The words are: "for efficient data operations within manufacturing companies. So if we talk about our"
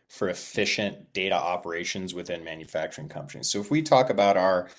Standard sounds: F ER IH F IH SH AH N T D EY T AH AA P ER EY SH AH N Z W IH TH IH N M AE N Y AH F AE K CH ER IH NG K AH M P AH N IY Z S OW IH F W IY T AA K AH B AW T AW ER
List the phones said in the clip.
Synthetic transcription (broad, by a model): F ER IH F IH SH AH N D EY T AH AA P ER EY SH AH N Z W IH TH IH N M AE N Y AH F AE K CH ER IH NG K AH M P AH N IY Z S OW IH F W IY T AA K AH B AW T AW ER